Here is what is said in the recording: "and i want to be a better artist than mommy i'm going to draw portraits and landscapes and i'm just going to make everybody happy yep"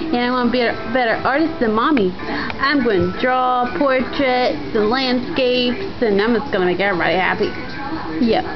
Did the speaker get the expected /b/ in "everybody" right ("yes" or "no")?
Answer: no